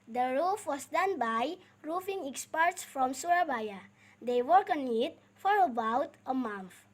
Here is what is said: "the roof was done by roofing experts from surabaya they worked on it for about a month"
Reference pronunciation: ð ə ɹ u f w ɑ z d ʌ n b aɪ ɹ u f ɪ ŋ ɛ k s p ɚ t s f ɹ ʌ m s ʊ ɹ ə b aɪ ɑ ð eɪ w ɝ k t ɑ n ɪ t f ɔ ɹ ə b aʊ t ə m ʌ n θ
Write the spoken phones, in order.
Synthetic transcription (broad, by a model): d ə ɹ u f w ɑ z d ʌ n b aɪ ɹ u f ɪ ŋ ɛ k s p ɚ t s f ɹ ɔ m s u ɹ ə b aɪ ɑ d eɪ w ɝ k ɑ n ɪ t f ɔ ɹ ə b aʊ t ə m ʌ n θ